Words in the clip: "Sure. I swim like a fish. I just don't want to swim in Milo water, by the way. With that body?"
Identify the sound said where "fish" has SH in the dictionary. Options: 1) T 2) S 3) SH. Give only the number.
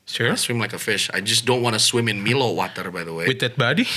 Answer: 3